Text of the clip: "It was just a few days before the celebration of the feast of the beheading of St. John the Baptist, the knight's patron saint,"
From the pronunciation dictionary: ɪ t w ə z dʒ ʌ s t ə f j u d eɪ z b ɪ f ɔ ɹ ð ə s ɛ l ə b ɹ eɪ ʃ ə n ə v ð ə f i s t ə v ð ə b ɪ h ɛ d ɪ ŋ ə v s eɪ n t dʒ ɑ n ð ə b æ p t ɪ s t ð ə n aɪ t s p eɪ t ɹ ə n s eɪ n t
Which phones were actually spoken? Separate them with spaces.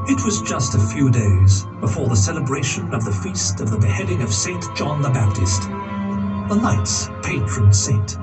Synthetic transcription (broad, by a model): ɪ t w ə z dʒ ʌ s t ə f j u d eɪ z b ɪ f ɔ ɹ ð ə s ɛ l ə b ɹ eɪ ʃ ə n ə v ð ə f i s t ə v ð ə b ɪ h ɛ d ɪ ŋ ə v s eɪ n dʒ ɑ n ð ə b æ p t ɪ s t ð ə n aɪ t s p eɪ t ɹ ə n s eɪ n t